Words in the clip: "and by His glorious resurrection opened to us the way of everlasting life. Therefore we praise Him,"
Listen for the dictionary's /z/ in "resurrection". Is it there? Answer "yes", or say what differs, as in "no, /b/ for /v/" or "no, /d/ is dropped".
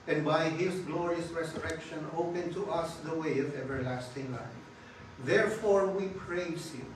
no, /s/ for /z/